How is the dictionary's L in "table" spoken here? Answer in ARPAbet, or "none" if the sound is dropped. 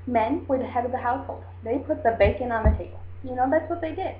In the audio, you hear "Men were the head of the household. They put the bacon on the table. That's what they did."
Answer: N